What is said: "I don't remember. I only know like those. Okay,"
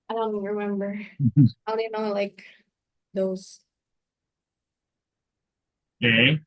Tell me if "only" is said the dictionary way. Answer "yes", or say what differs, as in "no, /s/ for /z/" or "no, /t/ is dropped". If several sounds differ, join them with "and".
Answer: no, /l/ is dropped